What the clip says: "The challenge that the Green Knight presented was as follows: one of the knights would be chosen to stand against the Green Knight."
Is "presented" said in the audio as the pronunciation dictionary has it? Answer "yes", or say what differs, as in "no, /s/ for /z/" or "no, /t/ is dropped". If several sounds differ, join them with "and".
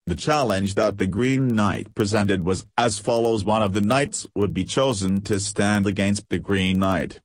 yes